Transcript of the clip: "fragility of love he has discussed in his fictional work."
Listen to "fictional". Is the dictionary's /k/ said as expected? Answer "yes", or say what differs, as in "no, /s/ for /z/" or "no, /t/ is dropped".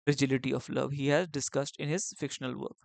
yes